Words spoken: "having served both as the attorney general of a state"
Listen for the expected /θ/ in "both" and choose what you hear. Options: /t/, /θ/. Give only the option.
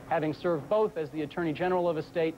/θ/